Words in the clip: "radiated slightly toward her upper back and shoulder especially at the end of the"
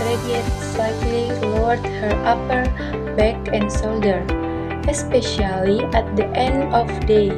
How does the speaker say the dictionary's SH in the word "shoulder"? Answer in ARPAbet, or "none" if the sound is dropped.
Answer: S